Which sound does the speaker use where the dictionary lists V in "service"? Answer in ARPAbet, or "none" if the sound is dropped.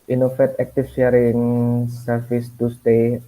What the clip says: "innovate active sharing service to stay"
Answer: F